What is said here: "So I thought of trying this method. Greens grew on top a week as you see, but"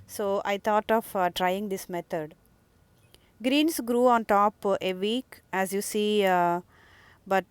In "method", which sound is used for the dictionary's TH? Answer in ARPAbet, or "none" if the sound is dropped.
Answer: T